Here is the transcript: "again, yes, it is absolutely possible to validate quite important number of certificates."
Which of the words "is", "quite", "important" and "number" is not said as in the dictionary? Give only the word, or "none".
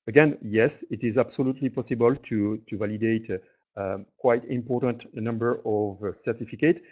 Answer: none